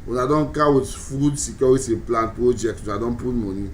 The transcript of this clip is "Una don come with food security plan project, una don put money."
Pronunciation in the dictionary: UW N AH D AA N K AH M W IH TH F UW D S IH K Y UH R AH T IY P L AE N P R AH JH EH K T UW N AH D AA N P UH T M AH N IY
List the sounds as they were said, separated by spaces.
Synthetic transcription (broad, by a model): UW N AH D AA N K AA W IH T F UW D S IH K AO W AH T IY P L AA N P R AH JH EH K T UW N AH D AA N P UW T M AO N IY